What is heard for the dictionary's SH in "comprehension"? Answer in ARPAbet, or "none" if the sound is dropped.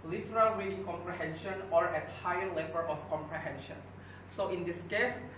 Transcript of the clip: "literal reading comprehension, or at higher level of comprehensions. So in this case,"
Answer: SH